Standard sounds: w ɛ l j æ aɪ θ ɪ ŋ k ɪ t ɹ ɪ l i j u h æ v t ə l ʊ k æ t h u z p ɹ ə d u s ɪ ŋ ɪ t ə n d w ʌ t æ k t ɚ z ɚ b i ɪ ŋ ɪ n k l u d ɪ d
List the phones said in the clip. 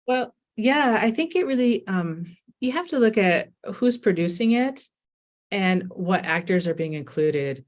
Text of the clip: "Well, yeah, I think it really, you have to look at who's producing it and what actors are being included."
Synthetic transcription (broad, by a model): w ɛ l j æ aɪ θ ɪ ŋ k ɪ t ɹ ɪ l i j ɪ h æ f t ə l ʊ k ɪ t h u z p ɹ ə d u s ɪ ŋ ɪ t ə n w ʌ t æ k t ɚ z ɚ b i ɪ ŋ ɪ n k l u d ɪ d